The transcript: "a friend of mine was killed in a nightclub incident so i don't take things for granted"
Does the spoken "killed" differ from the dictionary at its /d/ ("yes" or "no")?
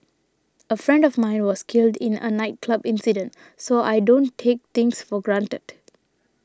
no